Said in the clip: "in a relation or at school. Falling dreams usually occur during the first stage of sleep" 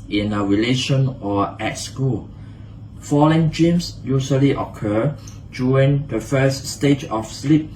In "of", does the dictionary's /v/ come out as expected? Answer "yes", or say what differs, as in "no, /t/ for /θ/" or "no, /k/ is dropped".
no, /f/ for /v/